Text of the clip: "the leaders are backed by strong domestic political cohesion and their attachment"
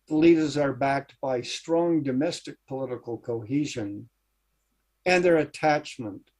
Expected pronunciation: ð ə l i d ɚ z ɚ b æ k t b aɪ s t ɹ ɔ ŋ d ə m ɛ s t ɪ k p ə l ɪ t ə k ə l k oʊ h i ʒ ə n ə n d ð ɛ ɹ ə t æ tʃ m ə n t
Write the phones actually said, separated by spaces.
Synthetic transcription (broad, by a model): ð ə l i d ɚ z ɚ b æ k t b aɪ s t ɹ ɔ ŋ d ə m ɛ s t ɪ k p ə l ɪ t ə k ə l k oʊ h i ʒ ə n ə n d ð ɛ ɹ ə t æ tʃ m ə n t